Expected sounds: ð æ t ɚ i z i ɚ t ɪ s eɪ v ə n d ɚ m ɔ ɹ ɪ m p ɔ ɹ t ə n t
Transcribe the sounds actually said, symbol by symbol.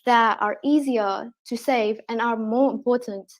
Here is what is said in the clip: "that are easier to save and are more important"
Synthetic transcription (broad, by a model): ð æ t ɚ i z i ɚ t ɪ s eɪ v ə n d ɚ m ɔ ɹ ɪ m p ɔ ɹ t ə n t